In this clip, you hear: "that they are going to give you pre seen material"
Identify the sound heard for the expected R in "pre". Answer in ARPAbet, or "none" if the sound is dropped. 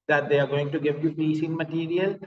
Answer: none